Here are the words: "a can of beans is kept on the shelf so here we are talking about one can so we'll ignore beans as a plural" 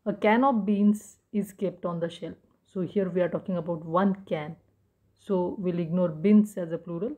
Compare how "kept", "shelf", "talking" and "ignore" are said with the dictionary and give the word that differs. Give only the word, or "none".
shelf